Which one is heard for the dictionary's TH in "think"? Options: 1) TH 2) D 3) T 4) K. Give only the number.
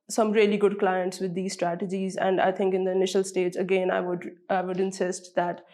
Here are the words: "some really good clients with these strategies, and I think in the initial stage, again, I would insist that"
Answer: 3